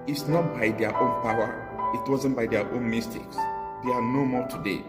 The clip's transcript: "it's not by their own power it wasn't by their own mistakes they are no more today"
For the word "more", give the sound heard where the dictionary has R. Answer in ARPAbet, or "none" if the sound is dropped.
L